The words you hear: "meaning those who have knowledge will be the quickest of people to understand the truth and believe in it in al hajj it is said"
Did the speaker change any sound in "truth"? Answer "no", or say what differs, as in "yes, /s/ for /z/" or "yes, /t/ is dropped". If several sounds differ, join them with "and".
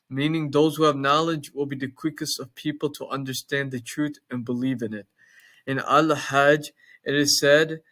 no